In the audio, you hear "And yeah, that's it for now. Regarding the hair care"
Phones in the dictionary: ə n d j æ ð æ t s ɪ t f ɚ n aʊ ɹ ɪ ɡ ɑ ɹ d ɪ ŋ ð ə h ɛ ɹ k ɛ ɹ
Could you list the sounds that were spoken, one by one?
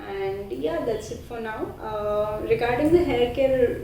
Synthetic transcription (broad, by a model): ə n d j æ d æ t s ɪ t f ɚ n aʊ ɹ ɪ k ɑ ɹ d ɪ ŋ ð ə h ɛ l k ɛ ɹ